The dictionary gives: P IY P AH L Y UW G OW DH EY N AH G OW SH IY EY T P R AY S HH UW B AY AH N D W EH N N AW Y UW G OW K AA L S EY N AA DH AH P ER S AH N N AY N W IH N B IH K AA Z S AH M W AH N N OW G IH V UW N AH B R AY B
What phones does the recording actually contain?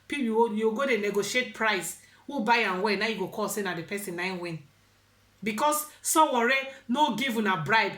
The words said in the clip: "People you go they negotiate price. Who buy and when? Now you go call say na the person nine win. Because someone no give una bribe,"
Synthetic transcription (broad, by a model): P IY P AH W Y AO G OW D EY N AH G OW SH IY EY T P R AY S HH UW B AY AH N W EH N N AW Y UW G OW K AA L S EY N AA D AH P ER S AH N N AY N W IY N B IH K AA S S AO W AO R N OW G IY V UW N AH B R AY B